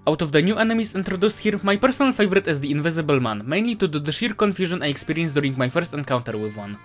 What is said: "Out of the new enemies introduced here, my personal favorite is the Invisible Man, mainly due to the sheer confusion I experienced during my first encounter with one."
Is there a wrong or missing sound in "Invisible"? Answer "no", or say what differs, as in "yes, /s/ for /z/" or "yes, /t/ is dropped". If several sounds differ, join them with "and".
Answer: no